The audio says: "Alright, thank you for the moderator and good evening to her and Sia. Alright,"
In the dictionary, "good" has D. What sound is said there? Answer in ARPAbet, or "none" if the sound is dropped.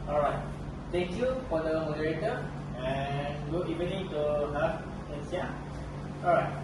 none